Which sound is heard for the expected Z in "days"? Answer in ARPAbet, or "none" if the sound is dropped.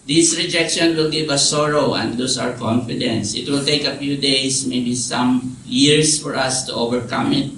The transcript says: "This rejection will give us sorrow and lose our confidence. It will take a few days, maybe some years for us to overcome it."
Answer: S